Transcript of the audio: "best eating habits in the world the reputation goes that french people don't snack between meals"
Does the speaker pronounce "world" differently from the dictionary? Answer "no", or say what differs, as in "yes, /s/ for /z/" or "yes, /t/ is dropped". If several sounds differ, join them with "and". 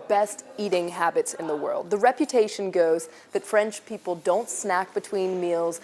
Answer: no